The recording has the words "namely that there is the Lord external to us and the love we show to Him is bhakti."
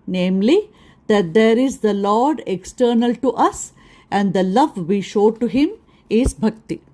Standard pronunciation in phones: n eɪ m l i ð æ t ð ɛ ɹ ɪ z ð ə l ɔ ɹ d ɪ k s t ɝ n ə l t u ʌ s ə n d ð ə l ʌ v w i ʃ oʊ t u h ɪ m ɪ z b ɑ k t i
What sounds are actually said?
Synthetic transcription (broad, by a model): n eɪ m l i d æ t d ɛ ɹ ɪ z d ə l ɔ ɹ d ɪ k s t ɝ n ə l t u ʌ s ə n d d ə l ʌ v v i ʃ oʊ t u h ɪ m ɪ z b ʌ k t i